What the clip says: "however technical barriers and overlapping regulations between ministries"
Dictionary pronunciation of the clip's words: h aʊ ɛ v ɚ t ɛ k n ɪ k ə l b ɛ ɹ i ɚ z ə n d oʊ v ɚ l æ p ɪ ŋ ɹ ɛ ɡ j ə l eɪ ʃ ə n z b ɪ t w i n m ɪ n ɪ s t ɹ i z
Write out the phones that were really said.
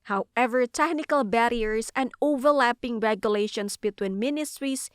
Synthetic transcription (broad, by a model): h aʊ ɛ v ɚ t ɛ k n ɪ k ə l b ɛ ɹ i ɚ s ə n d oʊ v ɚ l æ p ɪ ŋ ɹ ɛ ɡ j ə l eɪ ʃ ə n s b ɪ t w i n m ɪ n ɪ s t ɹ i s